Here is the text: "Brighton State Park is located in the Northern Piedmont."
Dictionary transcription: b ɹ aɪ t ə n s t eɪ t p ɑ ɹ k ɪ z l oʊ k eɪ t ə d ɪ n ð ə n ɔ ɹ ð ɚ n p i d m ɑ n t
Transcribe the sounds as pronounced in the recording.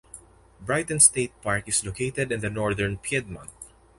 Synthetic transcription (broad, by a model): b ɹ aɪ t ə n s t eɪ t p ɑ ɹ k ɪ s l oʊ k eɪ t ə d ɪ n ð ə n ɔ ɹ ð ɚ n p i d m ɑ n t